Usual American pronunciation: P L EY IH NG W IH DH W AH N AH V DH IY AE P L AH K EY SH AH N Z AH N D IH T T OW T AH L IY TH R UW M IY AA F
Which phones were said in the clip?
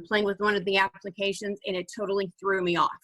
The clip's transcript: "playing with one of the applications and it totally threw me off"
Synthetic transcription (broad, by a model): P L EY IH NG W IH DH W AH N AH V DH IY AE P L AH K EY SH AH N Z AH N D IH T T OW T L IY TH R UW M IY AA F